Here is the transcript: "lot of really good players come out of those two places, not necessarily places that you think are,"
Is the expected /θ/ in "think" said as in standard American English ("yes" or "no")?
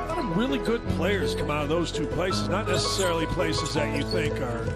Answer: yes